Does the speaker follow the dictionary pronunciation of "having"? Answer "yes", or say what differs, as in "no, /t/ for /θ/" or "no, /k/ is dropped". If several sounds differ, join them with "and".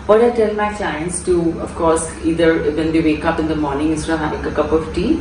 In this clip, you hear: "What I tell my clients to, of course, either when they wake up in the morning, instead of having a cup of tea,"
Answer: no, /v/ is dropped